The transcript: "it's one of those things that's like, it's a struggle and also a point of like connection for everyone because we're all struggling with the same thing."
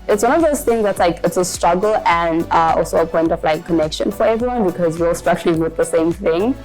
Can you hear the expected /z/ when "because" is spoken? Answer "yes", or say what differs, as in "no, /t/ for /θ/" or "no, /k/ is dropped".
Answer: yes